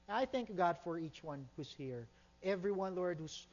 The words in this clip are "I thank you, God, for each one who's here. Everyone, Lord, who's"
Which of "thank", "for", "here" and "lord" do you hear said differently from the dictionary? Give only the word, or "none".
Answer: none